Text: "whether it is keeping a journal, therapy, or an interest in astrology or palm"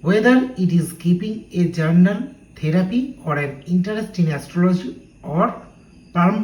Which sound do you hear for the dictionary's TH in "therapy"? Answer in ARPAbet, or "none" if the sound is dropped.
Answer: T